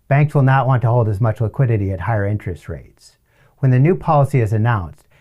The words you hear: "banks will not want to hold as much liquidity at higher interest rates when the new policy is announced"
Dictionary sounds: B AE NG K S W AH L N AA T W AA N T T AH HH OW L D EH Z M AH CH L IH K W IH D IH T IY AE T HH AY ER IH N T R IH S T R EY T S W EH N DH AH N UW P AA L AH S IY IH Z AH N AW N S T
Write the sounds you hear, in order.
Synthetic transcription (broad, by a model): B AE NG K S W AH L N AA T W AA N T T AH HH OW L D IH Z M AH CH L IH K W IH D IH T IY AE T HH AY ER IH N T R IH S T R EY T S W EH N DH AH N UW P AA L AH S IY IH Z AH N AW N S T